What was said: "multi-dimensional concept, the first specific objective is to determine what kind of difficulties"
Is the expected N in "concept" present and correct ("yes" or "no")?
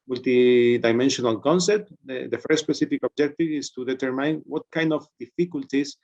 yes